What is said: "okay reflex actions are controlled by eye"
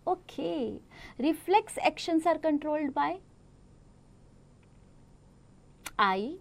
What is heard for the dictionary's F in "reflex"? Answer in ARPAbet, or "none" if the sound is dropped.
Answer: F